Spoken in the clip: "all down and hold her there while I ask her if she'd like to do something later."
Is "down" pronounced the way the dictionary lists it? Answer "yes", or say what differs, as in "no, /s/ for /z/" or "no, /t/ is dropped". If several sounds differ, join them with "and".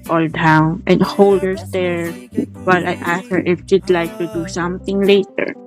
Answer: yes